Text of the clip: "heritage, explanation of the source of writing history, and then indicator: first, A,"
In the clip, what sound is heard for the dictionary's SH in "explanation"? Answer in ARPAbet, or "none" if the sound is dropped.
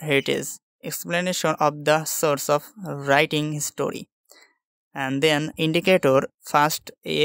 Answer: SH